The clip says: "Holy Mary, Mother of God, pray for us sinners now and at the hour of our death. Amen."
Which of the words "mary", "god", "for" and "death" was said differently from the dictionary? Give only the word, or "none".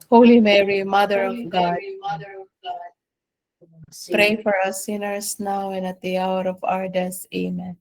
death